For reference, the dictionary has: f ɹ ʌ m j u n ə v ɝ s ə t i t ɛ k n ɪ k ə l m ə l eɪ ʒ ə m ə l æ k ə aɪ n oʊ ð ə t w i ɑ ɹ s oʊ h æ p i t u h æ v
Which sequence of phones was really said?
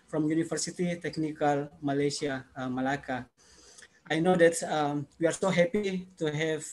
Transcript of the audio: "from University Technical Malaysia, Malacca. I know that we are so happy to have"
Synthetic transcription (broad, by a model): f ɹ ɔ m j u n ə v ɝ s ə t i t ɛ k n ɪ k ə l m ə l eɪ s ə m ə l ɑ k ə aɪ n oʊ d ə t w i ɑ ɹ s oʊ h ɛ p i t u h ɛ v